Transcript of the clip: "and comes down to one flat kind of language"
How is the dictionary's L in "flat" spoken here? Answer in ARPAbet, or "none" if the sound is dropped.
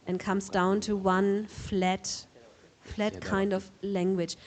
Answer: L